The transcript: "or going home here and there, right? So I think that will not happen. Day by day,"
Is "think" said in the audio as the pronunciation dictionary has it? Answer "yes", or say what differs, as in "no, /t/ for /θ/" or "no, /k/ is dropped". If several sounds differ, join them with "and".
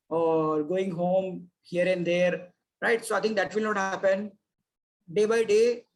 no, /t/ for /θ/